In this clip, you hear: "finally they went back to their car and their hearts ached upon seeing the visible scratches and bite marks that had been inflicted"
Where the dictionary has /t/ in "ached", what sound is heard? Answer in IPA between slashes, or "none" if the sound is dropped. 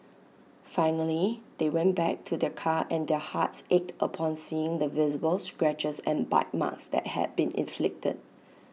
/t/